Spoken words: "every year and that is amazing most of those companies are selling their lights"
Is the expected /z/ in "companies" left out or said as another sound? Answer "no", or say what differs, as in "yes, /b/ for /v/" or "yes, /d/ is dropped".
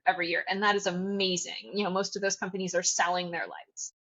no